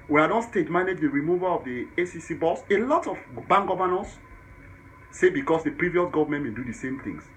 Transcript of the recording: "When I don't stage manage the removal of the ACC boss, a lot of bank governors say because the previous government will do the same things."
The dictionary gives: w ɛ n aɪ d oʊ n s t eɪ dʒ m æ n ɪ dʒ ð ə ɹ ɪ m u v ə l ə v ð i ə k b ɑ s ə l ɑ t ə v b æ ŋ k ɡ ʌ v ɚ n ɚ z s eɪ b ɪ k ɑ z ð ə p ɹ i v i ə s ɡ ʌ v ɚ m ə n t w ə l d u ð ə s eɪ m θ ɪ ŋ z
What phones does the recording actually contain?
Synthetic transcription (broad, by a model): w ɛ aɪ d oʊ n s t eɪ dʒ m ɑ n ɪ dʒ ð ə ɹ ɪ m u v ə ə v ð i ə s b ɑ s ə l ɑ t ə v b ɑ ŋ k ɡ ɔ v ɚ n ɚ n s eɪ b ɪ k ɑ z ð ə p ɹ i v i ə s ɡ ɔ v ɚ m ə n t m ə n d u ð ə s eɪ m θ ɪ ŋ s